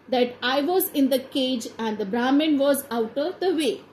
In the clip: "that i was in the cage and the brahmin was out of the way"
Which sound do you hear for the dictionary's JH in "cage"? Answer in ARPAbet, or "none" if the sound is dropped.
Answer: JH